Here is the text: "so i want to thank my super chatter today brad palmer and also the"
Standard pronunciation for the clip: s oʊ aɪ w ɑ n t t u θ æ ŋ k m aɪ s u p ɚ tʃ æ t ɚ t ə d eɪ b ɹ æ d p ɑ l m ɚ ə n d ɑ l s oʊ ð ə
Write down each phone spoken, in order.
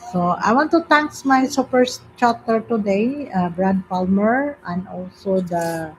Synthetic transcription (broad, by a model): s oʊ aɪ w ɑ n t t u t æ ŋ k m aɪ s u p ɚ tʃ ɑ t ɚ t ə d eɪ b ɹ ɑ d p ɑ l m ɚ ə n d ɑ l s oʊ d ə